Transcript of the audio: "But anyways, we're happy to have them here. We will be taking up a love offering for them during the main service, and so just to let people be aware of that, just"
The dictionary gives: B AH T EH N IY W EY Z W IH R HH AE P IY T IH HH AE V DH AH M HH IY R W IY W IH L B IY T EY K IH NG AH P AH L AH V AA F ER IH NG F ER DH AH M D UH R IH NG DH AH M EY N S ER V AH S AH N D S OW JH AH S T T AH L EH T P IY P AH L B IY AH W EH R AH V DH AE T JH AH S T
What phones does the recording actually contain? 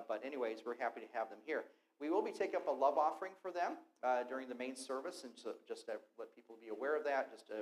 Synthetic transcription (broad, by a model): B AH T EH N IY W EY Z W IH R HH AE P IY T IH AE V DH AH M HH IY R W IY W IH L B IY T EY K IH NG AH P AH L AH V AA F ER IH NG F ER DH AH M D UH R IH NG DH AH M EY N S ER V AH S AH N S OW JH AH S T T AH L EH T P IY P L B IY AH W EH R AH V DH AE T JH AH S T